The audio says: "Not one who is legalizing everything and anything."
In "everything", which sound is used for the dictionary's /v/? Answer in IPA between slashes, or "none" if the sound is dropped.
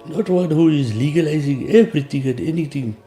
/b/